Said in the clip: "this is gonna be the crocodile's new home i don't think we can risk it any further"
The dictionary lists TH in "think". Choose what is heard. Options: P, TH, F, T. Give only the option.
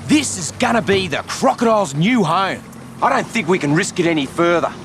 TH